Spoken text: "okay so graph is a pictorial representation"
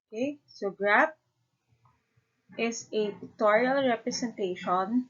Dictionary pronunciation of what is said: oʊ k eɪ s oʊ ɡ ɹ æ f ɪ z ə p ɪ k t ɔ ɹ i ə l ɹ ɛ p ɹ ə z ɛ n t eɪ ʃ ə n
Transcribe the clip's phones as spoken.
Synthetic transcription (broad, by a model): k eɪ s oʊ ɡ ɹ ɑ p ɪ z ə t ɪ t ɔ ɹ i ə l ɹ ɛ p ɹ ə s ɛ n t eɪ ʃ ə n